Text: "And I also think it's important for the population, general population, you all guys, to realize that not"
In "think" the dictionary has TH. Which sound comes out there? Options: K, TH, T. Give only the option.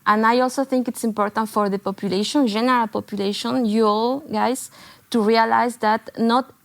TH